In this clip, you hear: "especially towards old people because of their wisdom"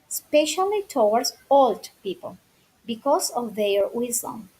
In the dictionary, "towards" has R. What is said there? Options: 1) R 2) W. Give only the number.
2